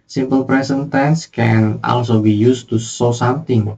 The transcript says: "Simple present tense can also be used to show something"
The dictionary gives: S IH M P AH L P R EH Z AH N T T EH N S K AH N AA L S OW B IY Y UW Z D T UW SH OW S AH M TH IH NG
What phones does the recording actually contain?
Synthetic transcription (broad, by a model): S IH M P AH L P R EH S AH N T T EH N S K AH N AA L S OW B IY Y UW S T UW S OW S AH M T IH NG